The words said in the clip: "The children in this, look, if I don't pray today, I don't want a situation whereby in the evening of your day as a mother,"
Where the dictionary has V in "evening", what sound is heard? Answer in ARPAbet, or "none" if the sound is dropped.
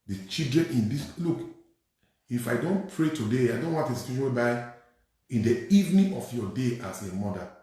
V